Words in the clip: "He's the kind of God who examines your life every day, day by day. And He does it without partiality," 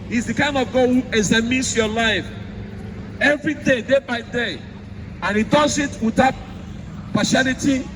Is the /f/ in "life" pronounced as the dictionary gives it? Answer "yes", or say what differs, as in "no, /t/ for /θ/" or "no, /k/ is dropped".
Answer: yes